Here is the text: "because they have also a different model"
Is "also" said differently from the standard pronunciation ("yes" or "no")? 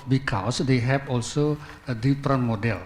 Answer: no